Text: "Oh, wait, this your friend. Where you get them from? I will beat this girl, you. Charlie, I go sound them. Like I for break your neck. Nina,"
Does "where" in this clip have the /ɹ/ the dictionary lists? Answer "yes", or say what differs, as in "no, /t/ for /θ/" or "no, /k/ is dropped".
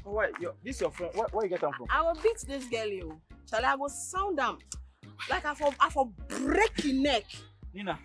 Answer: no, /w/ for /ɹ/